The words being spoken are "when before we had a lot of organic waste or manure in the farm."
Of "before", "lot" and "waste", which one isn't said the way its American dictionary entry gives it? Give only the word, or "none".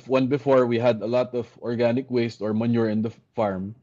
none